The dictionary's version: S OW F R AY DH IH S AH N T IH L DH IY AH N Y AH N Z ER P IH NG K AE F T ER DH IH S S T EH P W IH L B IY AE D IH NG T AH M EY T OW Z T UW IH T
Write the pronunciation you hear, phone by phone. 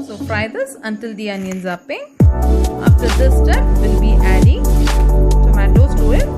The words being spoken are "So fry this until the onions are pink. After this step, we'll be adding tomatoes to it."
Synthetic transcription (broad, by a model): S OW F R AY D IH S AH N T IH L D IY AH N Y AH N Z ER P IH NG AA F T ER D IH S S T EH P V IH L B IY AE D IH NG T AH M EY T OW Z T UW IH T